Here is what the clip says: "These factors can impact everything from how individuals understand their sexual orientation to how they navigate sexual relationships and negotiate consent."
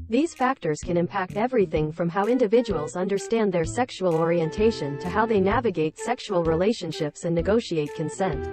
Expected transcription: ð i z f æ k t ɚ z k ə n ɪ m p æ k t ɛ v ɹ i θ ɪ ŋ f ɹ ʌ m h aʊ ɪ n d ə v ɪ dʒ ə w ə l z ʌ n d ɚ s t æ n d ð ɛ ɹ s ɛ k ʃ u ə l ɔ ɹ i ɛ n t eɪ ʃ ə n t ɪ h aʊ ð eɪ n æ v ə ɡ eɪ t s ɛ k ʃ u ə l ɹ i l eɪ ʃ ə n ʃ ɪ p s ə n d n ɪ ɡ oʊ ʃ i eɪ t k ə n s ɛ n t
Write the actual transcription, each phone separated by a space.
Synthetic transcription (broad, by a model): ð i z f æ k t ɚ z k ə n ɪ m p æ k t ɛ v ɹ i θ ɪ ŋ f ɹ ʌ m h aʊ ɪ n d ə v ɪ dʒ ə w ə l z ʌ n d ɚ s t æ n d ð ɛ ɹ s ɛ k ʃ u ə l ɔ ɹ i ɛ n t eɪ ʃ ə n t ɪ h aʊ ð eɪ n æ v ə ɡ eɪ t s ɛ k ʃ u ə l ɹ i l eɪ ʃ ə n ʃ ɪ p s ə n n ɪ ɡ oʊ ʃ i eɪ t k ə n s ɛ n t